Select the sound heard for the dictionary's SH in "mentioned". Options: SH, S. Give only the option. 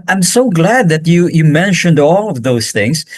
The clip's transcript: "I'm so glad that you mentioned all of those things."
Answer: SH